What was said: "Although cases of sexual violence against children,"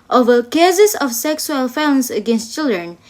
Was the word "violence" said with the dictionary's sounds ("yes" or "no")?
no